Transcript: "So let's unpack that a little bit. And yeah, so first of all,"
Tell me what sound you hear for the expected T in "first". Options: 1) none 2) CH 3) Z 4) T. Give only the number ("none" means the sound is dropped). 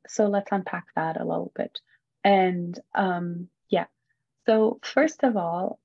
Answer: 4